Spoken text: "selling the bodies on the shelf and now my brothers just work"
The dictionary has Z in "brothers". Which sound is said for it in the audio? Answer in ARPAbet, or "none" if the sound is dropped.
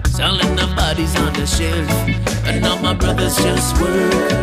Z